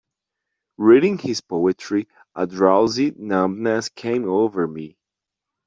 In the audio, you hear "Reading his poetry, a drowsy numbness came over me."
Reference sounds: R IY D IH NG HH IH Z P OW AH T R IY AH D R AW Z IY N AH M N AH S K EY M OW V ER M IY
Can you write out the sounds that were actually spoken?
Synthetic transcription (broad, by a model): R IY D IH NG HH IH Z P OW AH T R IY AH D R AW Z IY N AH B N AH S K EY M OW V ER M IY